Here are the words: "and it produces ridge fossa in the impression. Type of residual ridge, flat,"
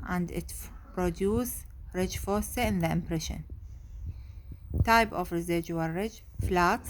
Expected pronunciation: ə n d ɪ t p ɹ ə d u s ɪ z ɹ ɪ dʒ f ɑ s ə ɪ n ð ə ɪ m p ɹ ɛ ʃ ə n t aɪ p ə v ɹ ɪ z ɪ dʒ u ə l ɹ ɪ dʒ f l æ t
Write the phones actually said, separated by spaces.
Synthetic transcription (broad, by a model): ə n d ɪ t p ɹ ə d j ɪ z ɹ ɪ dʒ f ɑ s ə ɪ n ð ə ɪ m p ɹ ɛ ʃ ə n t aɪ p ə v ɹ ɪ z ɪ dʒ u ə l ɹ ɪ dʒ f l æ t